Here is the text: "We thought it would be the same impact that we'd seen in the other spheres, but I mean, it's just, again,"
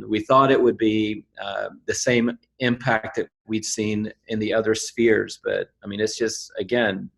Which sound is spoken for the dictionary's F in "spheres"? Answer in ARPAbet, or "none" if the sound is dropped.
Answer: F